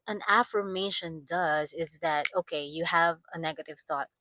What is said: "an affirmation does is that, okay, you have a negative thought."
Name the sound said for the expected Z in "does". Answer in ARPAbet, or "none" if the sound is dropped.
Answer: Z